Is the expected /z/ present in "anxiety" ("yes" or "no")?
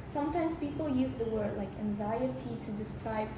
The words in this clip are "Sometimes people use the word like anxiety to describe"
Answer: yes